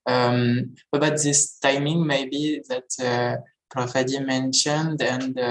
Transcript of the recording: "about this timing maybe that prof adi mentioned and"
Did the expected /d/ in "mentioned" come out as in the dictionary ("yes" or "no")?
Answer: yes